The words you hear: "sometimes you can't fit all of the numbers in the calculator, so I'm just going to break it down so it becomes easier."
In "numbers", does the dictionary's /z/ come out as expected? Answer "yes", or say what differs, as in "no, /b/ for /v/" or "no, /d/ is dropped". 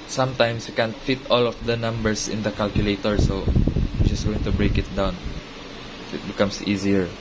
no, /s/ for /z/